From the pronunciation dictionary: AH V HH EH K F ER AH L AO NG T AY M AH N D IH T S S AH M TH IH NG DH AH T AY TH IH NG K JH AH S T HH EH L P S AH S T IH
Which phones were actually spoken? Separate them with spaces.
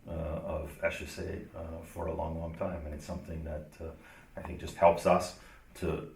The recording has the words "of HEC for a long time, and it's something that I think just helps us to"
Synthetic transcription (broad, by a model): AH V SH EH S F ER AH L AO NG T AY M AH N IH T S S AH M TH IH NG DH AH T AY TH IH NG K JH AH S T HH EH L P S AH S T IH